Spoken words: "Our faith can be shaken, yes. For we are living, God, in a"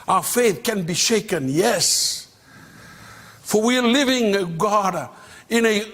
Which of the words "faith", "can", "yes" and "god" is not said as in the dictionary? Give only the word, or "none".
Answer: none